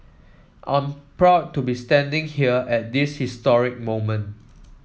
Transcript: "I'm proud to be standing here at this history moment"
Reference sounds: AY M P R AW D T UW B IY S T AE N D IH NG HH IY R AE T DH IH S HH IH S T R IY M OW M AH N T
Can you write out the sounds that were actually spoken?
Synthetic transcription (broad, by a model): AY M P R AW D T UW B IY S T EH N D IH NG HH IY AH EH T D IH S HH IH S T R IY M OW M AH N T